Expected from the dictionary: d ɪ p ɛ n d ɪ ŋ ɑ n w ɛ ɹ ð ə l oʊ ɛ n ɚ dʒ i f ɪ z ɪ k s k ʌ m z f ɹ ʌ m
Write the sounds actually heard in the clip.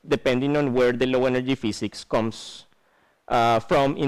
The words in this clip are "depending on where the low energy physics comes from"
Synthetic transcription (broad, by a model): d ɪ p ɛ n d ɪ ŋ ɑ n w ɛ ɹ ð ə l oʊ ɛ n ɚ dʒ i f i s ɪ k s k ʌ m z f ɹ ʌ m